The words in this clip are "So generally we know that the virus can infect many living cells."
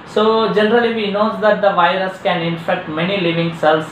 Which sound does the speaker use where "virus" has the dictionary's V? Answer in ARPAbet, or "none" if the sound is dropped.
V